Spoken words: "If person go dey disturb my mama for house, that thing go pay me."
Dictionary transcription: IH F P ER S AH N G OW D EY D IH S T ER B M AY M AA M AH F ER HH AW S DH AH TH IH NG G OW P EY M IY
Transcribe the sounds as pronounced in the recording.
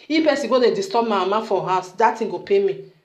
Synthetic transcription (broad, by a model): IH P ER S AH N G OW D EY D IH S T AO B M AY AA M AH F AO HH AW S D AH T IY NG G OW P EY M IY